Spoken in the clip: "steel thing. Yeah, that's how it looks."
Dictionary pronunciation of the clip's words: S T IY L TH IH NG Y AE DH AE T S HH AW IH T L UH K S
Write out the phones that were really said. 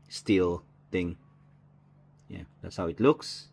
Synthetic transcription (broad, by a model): S T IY L T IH NG Y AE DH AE T S HH AW IH T L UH K S